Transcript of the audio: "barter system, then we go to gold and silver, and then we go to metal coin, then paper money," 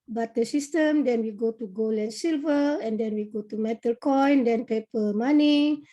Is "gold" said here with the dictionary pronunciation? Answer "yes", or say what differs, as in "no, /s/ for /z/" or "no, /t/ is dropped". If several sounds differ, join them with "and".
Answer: no, /d/ is dropped